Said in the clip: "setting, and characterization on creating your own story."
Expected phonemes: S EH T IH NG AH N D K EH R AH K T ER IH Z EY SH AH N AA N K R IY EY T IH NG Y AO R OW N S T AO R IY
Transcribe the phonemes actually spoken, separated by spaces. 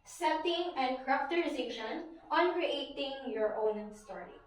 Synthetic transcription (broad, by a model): S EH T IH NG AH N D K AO R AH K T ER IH S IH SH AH N AA N K R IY EY T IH NG Y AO R OW N S T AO R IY